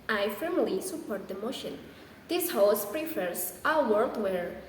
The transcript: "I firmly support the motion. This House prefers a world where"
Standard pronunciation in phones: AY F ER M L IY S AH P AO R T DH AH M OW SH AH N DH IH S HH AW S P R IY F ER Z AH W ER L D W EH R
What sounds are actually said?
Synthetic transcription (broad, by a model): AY F ER M L IY S AH P AO R T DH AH M OW SH AH N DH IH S HH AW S P R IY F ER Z AH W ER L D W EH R